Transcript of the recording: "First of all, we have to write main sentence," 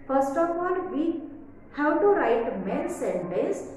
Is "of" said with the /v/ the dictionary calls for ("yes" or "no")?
no